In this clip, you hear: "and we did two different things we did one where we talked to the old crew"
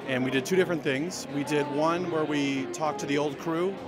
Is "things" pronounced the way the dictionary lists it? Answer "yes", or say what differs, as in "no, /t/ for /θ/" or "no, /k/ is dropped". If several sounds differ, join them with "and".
yes